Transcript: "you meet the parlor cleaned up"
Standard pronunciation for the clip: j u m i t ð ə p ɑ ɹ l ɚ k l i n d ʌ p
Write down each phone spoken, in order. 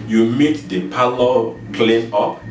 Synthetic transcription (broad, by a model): j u m i t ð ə p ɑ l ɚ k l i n ʌ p